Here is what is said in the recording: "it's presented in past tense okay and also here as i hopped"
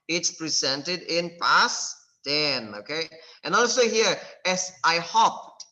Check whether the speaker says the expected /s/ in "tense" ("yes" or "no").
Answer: no